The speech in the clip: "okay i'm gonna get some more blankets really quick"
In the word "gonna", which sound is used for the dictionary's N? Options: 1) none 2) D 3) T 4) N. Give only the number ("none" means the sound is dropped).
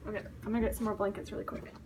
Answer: 1